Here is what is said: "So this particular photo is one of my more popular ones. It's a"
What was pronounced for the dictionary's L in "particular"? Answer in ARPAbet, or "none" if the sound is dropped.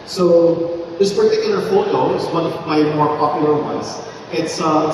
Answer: N